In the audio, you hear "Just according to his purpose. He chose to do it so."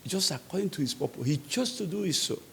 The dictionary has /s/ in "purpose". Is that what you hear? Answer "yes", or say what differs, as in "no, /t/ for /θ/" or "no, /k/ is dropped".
no, /s/ is dropped